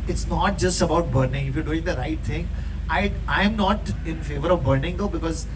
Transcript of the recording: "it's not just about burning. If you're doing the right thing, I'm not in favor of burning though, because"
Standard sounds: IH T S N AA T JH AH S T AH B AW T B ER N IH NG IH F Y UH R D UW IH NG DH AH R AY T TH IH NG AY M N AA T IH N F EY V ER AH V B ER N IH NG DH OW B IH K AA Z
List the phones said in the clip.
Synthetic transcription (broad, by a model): IH T S N AA T JH AH S T AH B AW T B ER N IH NG IH F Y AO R D UW IH NG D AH R AY T T IH NG AY M N AA T IH N F EY V ER AH V B ER N IH NG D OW B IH K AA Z